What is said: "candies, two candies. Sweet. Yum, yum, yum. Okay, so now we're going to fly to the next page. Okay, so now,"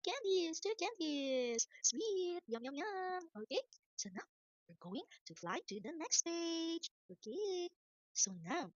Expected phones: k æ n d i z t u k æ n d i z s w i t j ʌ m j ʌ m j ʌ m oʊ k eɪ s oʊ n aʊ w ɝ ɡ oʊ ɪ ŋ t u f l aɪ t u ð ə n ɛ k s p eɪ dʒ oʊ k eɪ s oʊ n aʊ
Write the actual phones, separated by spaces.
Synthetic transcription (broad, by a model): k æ n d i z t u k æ n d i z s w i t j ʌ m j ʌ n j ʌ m oʊ k eɪ s oʊ n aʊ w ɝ ɡ oʊ ɪ ŋ t u f l aɪ t u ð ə n ɛ k s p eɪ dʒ oʊ k eɪ s oʊ n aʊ